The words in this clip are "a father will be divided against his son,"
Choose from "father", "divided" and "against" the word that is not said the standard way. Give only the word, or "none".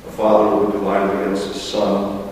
divided